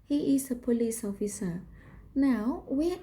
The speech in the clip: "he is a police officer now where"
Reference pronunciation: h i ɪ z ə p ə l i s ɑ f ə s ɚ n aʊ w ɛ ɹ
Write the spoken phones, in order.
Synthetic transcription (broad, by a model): h i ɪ s ə p ə l i s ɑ f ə s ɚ n aʊ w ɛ